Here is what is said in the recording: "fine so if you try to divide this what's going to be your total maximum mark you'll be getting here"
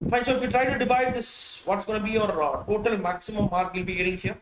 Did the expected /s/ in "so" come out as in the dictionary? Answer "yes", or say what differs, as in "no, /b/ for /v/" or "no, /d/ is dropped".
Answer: no, /ʃ/ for /s/